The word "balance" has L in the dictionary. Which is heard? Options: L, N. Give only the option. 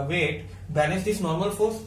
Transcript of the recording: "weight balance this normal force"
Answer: N